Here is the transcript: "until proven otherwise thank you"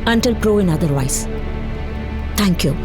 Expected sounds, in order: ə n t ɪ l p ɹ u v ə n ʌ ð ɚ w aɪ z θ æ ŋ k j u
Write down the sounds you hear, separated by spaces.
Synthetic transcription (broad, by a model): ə n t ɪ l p ɹ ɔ ə n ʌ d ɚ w aɪ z t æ ŋ k j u